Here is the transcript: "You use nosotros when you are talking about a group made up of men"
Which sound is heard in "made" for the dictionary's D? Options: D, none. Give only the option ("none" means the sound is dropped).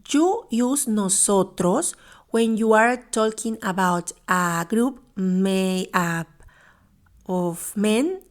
none